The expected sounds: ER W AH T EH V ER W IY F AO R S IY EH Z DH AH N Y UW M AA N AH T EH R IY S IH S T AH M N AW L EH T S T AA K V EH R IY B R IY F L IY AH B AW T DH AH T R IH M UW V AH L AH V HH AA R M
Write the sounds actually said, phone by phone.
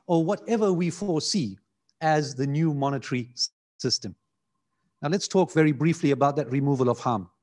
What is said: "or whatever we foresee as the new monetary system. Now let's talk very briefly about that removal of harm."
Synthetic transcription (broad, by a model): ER W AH T EH V ER W IY F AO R S IY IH Z DH AH N Y UW M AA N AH T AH R IY S IH S T AH M N AW L EH T S T AA K V EH R IY B R IY F L IY AH B AW T DH AH T R IH M UW V AH L AH V HH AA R M